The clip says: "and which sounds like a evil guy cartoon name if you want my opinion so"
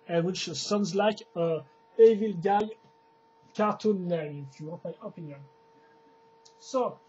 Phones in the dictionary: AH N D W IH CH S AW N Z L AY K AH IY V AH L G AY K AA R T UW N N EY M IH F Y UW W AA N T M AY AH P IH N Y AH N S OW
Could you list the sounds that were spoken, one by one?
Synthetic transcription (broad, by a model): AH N W IH CH S AW N Z L AY K AH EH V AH L G AY K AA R T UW N L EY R IH F Y UW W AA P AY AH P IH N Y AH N S OW